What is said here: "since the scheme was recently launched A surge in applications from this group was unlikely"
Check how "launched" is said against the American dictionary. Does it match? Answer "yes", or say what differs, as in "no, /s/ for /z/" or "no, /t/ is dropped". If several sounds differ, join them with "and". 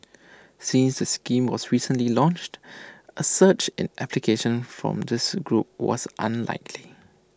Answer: yes